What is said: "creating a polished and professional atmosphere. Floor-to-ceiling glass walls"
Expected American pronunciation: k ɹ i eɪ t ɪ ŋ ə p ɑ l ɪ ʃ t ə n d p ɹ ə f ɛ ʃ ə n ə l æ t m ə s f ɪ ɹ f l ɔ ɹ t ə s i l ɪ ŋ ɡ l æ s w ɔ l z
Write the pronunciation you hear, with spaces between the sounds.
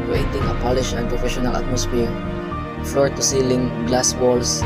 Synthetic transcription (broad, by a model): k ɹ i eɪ t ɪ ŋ ə p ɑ l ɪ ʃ ə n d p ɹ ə f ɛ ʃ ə n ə l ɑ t m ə s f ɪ ɹ f l ɔ ɹ t ə s i l ɪ ŋ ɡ l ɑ s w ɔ l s